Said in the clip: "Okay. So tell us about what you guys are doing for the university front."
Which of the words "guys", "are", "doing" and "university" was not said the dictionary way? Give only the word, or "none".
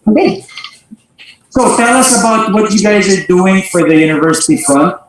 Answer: none